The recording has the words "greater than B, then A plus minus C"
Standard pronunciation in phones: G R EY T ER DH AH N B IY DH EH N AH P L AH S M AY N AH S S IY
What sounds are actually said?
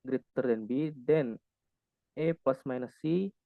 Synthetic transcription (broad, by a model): G R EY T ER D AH N B IY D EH N AH P AH S M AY N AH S S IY